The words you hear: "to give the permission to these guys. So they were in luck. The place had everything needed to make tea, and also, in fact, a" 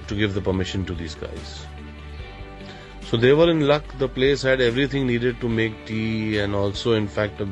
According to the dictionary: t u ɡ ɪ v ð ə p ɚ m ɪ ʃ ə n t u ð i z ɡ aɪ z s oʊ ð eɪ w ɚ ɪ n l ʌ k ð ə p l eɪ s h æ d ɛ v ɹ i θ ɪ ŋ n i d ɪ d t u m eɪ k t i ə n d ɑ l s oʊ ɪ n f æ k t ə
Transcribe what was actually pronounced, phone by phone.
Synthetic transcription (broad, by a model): t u ɡ ɪ v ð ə p ɚ m ɪ ʃ ə n t u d i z ɡ aɪ z s oʊ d eɪ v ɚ ɪ n l ʌ k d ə p l eɪ s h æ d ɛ v ɹ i t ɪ ŋ n i d ɪ d t u m eɪ k t i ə n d ɑ l s oʊ ɪ n f æ k t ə